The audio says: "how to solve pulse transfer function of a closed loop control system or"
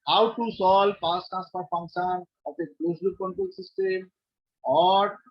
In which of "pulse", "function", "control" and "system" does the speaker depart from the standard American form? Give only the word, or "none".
pulse